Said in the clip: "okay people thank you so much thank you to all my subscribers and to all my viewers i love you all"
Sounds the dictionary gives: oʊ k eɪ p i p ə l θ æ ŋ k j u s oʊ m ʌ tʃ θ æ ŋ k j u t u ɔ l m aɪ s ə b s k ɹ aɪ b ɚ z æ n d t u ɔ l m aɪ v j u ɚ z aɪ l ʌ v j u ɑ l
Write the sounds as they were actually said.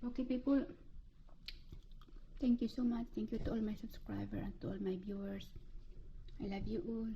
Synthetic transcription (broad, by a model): oʊ k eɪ p i p ə l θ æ ŋ k j u s oʊ m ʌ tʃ t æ ŋ k j u t u ɔ l m aɪ s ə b s k ɹ aɪ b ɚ æ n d t u ɔ l m aɪ b j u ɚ s aɪ l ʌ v j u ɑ l